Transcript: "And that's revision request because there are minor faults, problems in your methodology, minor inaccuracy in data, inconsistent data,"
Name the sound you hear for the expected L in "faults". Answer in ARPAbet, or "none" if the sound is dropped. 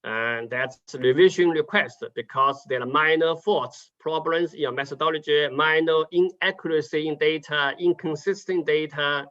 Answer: none